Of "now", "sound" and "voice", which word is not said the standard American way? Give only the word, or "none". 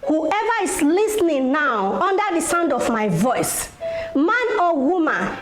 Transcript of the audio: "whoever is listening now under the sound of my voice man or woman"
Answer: none